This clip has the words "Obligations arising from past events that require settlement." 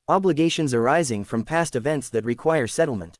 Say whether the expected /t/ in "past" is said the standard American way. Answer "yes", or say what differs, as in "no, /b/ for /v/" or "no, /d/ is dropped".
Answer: yes